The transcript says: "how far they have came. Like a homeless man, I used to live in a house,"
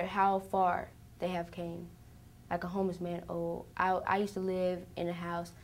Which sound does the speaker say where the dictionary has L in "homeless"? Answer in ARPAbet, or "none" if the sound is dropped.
none